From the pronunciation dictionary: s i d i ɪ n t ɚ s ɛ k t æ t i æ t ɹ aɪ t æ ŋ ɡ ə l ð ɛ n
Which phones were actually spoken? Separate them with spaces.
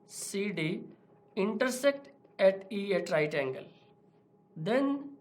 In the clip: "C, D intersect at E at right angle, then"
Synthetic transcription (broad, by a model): s i d i ɪ n t ɚ s ɛ k t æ t i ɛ t ɹ aɪ t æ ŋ ɡ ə l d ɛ n